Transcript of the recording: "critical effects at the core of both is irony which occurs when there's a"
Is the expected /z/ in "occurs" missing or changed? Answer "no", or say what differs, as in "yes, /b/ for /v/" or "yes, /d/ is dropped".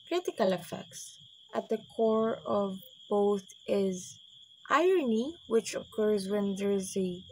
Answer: no